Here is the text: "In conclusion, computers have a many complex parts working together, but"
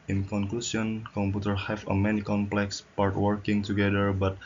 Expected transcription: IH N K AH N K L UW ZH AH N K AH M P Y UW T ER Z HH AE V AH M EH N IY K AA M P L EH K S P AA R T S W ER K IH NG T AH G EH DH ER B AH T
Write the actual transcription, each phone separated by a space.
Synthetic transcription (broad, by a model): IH N K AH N K L UW S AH N K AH M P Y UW T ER HH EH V AH M EH N IY K AA M P L EH K S P AA R T W ER K IH NG T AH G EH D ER B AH T